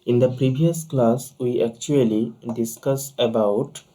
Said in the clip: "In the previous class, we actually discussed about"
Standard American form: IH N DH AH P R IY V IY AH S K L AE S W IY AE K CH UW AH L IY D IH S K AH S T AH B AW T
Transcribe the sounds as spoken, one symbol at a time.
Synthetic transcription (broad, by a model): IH N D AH P R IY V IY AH S K L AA S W IY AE K CH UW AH L IY D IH S K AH S AH B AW T